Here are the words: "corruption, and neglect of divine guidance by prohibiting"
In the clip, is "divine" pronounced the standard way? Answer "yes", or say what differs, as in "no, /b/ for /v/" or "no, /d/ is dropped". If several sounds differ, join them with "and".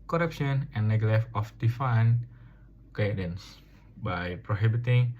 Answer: no, /f/ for /v/